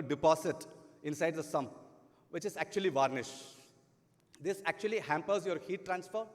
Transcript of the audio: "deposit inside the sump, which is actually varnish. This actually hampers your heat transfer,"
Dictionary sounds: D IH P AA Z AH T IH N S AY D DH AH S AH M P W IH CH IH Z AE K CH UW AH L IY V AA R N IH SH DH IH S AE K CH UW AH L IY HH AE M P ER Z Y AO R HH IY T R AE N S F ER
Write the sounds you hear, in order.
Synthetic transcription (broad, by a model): D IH P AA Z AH T IH N S AY D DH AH S AH M P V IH CH IH Z AE K CH UW AH L IY V AA R N IH SH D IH S AE K CH UW AH L IY HH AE M P ER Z Y AO R HH IY T R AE N S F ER